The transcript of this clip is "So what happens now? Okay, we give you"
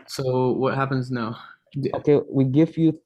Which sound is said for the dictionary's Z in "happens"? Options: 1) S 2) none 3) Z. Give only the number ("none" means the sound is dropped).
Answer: 3